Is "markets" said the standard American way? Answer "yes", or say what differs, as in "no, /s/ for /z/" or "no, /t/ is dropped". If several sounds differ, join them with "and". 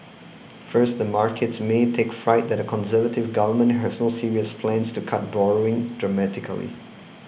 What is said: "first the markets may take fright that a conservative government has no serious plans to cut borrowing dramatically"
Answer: yes